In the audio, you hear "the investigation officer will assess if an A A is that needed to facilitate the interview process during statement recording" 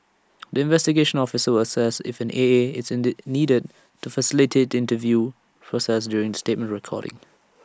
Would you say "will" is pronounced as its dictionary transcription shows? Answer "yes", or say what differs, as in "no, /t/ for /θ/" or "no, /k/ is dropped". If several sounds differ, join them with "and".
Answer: no, /w/ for /l/